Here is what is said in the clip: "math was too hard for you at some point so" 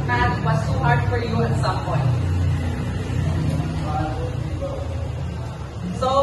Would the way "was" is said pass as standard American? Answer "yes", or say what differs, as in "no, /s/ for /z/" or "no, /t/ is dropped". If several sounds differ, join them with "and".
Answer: no, /s/ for /z/